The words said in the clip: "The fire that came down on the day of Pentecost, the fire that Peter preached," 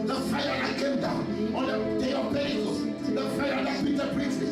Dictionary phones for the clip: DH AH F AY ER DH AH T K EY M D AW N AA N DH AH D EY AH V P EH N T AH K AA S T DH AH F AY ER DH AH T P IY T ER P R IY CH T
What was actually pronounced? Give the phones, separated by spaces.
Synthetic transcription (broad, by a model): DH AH F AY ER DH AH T K EY M D AW N AA N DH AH D EY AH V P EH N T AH AA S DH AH F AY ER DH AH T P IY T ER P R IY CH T